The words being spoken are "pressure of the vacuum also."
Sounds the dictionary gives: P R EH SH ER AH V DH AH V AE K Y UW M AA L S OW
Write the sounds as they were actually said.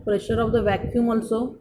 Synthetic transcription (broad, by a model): P R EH SH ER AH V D AH V AE K Y UW M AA L S OW